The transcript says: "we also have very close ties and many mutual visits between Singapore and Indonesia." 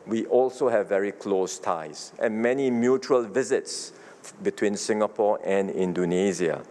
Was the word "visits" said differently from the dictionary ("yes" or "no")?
no